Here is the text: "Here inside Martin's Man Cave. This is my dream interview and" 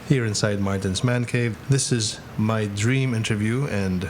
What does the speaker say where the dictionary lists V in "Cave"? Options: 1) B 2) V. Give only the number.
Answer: 2